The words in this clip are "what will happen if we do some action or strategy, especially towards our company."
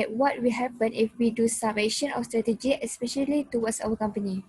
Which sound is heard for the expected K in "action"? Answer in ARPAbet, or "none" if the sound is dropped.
none